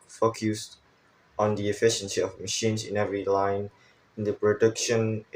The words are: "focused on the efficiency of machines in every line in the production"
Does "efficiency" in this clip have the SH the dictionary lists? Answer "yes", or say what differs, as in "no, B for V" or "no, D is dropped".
yes